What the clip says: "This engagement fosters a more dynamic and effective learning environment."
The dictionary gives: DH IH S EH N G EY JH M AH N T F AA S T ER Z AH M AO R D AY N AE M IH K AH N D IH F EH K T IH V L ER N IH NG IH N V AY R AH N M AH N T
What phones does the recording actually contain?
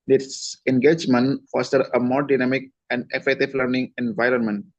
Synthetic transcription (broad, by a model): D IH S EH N G EY JH M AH N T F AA S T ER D AH M AO R D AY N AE M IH K AH N D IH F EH T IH F L ER N IH NG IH N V AY R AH N M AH N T